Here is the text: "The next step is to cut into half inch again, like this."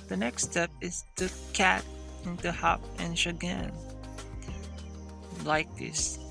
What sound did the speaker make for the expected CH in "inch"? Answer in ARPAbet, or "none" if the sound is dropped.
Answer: SH